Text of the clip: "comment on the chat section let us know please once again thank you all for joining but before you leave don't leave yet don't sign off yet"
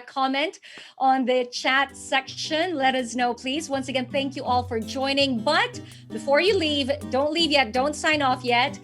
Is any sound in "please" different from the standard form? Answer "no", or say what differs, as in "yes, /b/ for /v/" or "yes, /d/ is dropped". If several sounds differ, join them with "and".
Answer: no